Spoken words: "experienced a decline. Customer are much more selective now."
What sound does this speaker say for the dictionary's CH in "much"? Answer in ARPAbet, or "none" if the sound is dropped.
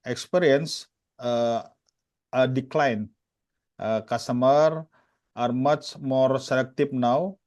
S